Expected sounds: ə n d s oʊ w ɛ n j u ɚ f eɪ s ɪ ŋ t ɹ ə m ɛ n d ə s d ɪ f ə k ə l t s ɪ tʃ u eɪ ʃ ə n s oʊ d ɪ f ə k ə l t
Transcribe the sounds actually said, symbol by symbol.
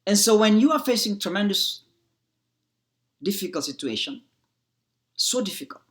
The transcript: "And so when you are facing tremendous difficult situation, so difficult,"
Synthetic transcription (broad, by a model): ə n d s oʊ w ɛ n j u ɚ f eɪ s ɪ ŋ t ɹ ə m ɛ n d ə s d ɪ f ə k ə l t s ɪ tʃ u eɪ ʃ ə n s oʊ d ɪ f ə k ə l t